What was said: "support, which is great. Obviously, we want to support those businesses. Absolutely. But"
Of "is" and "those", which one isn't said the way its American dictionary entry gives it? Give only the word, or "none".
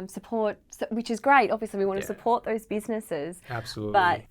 none